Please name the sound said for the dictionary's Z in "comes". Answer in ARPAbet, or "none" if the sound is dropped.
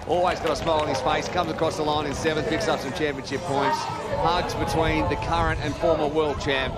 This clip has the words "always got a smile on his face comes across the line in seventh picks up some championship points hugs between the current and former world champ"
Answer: Z